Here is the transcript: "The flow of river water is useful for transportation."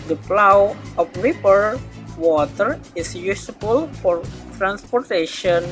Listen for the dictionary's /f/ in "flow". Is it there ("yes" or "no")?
no